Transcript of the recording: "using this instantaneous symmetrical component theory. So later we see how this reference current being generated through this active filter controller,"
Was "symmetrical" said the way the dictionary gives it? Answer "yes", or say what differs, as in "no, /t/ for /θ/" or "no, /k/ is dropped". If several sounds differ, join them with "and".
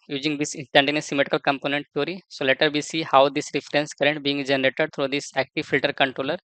no, /ɹ/ is dropped